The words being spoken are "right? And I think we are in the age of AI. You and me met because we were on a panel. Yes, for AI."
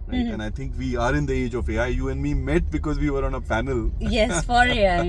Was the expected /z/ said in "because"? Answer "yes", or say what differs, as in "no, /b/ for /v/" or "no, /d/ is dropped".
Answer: yes